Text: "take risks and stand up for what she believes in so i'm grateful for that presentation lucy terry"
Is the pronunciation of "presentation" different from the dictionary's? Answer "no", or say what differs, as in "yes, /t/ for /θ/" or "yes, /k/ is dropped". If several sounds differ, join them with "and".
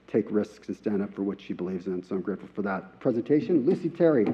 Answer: no